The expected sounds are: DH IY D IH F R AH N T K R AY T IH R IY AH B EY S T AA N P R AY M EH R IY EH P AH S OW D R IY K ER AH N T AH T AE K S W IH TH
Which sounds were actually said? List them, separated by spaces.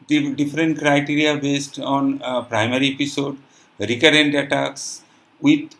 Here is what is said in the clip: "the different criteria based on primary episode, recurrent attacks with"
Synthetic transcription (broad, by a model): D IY D IH F R AH N T K R AY T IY R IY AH B EY S T AA N P R AY M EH R IY EH P AH S OW D R IY K ER AH N T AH T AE K S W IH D